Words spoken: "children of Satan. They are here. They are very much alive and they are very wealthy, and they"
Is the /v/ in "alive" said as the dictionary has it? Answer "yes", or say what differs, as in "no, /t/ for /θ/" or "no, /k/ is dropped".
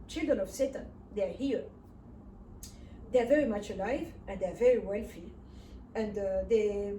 yes